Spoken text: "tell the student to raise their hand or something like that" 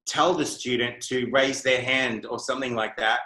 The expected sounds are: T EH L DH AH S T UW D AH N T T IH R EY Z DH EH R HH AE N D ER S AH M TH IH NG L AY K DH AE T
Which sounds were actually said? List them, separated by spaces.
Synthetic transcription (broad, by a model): T EH L DH AH S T UW D N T T IH R EY Z DH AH R HH AE N D ER S AH M TH IH NG L AY K DH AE T